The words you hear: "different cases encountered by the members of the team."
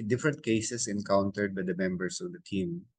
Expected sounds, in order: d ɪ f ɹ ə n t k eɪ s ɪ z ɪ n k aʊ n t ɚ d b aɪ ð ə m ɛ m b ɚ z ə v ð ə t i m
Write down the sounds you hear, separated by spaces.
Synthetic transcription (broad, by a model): d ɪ f ɹ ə n t k eɪ s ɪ s ɪ n k aʊ n t ɚ d b aɪ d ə m ɛ m b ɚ s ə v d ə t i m